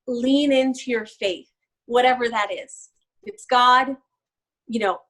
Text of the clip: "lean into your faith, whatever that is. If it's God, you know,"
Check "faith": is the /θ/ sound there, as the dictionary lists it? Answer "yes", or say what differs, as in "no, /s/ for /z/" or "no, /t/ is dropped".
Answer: yes